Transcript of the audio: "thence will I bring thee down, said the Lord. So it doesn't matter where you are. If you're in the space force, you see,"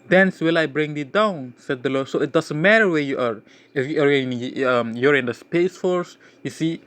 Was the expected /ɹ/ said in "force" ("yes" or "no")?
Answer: yes